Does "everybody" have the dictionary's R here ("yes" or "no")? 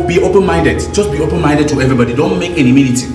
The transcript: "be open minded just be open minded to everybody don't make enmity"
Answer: yes